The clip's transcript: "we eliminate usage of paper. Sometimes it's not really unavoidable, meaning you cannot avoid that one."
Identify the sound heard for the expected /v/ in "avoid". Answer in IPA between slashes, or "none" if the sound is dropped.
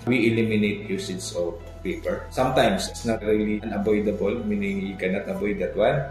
/b/